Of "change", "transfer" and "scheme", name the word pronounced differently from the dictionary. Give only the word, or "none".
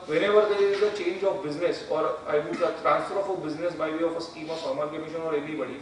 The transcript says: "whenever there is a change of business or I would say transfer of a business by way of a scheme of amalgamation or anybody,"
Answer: none